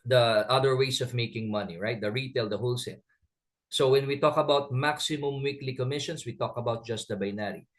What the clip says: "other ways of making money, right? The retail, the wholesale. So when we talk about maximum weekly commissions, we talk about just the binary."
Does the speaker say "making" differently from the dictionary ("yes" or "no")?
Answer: no